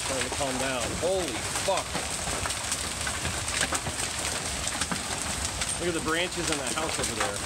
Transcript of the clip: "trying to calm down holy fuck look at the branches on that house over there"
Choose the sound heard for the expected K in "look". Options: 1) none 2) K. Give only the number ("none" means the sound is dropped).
1